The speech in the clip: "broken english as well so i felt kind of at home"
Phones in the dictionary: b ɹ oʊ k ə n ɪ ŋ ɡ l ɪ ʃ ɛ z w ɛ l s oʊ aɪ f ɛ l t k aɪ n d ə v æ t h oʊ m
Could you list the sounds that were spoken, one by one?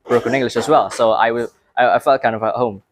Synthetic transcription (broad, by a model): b ɹ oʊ k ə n ɪ ŋ ɡ l ɪ ʃ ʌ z w ɛ l s oʊ aɪ f ɛ l t k aɪ n d ə v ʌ t h oʊ m